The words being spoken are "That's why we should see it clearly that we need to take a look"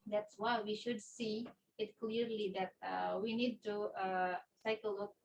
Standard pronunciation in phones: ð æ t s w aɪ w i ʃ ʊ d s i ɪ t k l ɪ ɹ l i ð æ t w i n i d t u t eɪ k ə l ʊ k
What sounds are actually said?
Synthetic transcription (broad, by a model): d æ t s w aɪ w i ʃ ʊ d s i ɪ t k l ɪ ɹ l i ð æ t w i n i d t u s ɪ k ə l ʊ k